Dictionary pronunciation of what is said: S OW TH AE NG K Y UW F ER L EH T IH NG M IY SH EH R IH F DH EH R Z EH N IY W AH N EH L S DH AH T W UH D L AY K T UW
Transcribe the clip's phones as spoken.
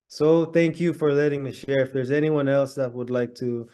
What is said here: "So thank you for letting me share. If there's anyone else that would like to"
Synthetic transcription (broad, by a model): S OW TH AE NG K Y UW F ER L EH T IH NG M IY SH EH R IH F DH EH R Z EH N IY W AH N EH L S DH AH T W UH D L AY K T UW